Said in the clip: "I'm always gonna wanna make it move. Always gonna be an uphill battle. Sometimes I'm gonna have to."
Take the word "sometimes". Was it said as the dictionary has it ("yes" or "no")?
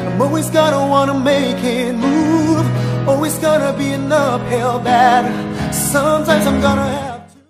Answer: yes